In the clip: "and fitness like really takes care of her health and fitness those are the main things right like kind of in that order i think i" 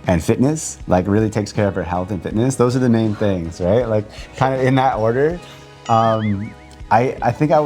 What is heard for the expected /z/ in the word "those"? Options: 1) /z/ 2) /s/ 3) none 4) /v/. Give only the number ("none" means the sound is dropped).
1